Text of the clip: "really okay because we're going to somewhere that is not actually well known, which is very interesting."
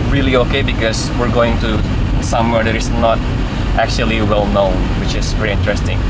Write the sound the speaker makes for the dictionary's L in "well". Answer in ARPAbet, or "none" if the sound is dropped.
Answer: L